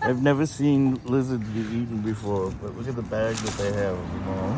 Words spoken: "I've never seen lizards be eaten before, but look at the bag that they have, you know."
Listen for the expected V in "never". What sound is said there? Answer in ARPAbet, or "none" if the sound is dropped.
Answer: V